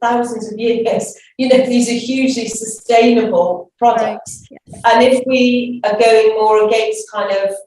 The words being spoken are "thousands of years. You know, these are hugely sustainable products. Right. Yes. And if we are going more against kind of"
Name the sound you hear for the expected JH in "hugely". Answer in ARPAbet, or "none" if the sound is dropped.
JH